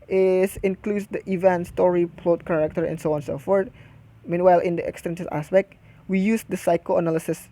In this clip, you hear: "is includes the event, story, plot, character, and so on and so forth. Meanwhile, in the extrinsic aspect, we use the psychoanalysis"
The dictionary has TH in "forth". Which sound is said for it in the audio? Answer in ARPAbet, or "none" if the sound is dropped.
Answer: T